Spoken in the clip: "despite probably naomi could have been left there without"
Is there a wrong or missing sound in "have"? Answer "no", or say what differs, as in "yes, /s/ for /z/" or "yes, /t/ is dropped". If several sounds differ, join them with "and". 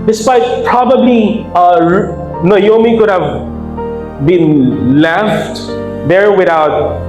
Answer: no